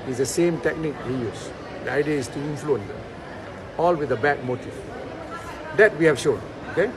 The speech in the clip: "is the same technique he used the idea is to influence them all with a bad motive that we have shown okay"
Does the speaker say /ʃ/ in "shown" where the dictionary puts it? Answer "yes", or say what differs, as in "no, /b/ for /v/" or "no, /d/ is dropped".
yes